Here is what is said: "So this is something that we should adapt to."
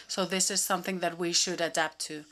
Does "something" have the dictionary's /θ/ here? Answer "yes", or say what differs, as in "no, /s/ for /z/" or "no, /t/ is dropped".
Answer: yes